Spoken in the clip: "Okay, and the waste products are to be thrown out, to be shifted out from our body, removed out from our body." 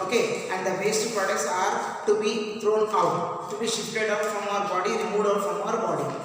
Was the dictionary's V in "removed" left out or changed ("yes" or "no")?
yes